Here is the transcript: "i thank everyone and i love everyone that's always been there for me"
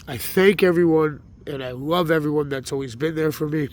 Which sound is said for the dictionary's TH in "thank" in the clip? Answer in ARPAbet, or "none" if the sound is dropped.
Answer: TH